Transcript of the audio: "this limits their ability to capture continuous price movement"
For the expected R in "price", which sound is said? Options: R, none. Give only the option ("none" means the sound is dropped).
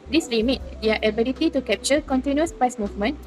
none